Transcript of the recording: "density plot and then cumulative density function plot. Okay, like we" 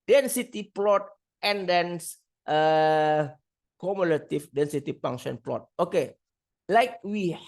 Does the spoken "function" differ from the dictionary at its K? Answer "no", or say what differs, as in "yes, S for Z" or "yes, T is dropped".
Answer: yes, K is dropped